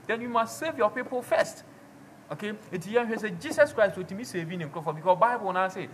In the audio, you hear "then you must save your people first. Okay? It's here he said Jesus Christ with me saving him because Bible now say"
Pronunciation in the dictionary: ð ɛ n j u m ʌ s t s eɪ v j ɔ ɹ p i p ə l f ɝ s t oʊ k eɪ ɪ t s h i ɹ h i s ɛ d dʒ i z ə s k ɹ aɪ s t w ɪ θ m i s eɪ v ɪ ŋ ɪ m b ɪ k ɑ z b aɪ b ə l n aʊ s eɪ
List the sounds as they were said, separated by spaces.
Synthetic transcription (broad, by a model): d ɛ n j u m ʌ s t s eɪ v j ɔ p i p ə l f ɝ s t oʊ k eɪ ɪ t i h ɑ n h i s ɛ dʒ i s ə s k ɹ aɪ s t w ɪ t m i s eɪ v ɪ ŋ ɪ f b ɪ k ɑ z b aɪ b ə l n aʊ s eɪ